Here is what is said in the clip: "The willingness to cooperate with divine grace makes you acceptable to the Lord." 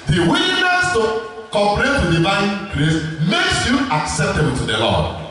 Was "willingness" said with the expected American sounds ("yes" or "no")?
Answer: no